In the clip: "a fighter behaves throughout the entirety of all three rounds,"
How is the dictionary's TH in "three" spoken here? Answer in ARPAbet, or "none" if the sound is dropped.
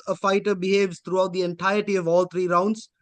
T